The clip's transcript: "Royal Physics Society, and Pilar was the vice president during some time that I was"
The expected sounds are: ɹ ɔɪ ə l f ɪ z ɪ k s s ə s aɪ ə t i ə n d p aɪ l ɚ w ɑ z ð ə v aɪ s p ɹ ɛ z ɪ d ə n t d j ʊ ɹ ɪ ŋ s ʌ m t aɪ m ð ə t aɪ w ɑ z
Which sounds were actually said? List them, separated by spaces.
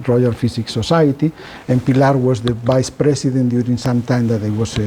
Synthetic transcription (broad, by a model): ɹ ɔɪ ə l f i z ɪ k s s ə s aɪ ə t i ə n p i l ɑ w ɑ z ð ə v aɪ s p ɹ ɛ s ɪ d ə n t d j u ɹ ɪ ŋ s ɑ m t aɪ m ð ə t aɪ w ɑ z